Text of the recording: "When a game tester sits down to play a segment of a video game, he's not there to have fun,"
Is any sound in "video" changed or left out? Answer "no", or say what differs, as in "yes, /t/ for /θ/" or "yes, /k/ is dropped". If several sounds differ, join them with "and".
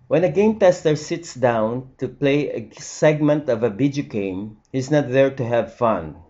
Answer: yes, /b/ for /v/